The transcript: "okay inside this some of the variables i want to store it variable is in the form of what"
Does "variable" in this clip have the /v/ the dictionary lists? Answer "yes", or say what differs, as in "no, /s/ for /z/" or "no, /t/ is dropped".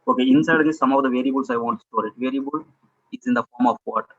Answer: yes